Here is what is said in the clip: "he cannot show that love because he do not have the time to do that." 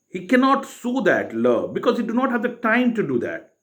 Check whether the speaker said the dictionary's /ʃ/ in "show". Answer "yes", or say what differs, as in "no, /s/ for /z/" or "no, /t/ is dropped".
no, /s/ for /ʃ/